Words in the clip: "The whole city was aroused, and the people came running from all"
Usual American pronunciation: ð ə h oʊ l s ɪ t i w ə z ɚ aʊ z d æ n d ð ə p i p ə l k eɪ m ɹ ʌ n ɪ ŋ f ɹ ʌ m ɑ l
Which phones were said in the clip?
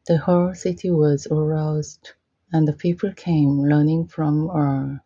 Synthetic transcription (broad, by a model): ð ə h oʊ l s ɪ t i w ə z ɚ aʊ z d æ n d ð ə p i p ə l k eɪ m l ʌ n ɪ ŋ f ɹ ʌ m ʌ